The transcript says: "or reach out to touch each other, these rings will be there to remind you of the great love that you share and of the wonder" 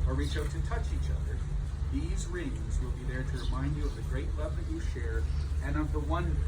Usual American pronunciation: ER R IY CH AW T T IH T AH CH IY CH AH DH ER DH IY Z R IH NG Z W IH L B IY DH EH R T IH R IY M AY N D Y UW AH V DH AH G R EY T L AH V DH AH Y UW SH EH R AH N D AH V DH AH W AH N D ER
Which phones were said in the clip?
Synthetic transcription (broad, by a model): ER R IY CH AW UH T IH T AH CH IY CH AH DH ER DH IY Z R IH NG Z W IH L B IY DH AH R T IH R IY M AY N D Y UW AH V DH AH G R EY T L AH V DH AH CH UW SH EH R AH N AH V DH AH W AH N